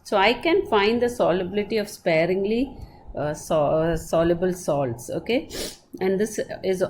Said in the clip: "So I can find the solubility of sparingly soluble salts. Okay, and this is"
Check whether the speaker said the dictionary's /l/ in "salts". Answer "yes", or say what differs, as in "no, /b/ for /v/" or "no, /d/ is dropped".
yes